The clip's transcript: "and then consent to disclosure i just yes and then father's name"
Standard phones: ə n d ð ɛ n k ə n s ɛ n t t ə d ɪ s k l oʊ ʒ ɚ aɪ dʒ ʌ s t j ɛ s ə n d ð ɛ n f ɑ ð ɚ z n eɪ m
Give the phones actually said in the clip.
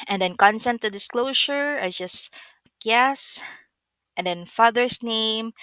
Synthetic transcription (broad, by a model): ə n d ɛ n k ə n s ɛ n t t ə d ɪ s k l oʊ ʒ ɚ aɪ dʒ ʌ s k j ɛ s ə n d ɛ n f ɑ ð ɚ s n eɪ m